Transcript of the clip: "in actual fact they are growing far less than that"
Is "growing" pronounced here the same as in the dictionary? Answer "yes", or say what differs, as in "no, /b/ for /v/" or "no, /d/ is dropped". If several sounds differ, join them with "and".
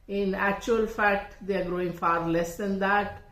yes